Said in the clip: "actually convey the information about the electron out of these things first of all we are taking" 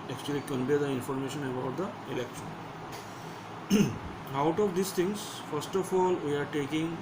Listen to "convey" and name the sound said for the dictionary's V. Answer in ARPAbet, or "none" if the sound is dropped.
P